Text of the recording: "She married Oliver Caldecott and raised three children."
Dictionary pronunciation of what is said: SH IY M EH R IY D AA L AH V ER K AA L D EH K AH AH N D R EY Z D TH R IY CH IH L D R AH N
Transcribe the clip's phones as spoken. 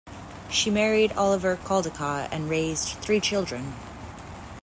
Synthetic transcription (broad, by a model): SH IY M EH R IY D AA L AH V ER K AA L D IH K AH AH N R EY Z TH R IY CH IH L D R AH N